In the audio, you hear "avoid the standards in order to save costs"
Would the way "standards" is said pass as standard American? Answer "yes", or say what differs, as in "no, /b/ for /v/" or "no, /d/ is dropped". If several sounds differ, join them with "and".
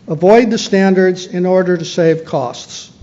yes